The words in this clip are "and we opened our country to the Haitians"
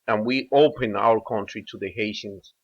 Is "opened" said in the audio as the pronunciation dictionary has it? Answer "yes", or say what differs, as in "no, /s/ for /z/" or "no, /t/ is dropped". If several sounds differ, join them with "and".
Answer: no, /d/ is dropped